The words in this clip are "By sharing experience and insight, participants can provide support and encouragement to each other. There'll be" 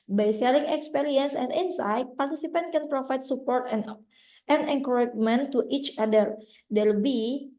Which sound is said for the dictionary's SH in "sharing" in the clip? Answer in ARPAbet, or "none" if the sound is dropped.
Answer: S